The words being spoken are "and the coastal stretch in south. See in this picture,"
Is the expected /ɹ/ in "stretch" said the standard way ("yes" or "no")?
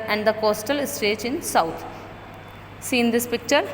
no